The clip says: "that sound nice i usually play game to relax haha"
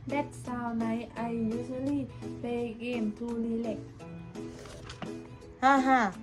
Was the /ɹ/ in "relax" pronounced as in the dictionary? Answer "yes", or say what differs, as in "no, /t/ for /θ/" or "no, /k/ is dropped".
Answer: no, /l/ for /ɹ/